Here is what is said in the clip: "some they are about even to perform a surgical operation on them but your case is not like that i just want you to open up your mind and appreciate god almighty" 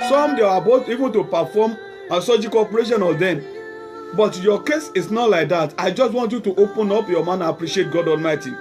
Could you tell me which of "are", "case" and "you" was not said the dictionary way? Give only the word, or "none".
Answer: are